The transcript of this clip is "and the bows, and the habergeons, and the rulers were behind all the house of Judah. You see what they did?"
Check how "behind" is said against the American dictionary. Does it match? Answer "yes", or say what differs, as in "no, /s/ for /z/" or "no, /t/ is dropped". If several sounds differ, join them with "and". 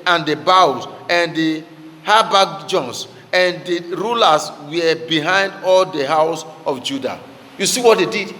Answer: yes